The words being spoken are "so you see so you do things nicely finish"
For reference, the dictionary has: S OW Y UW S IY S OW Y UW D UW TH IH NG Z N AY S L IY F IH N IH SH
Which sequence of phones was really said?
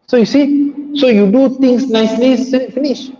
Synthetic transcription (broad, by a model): S OW Y UW S IY S OW Y UW D UW T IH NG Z N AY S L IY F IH N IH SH